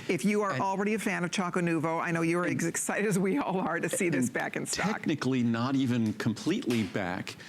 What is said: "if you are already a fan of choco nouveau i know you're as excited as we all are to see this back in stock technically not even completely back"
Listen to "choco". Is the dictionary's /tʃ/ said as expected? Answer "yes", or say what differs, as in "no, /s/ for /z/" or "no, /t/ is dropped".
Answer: yes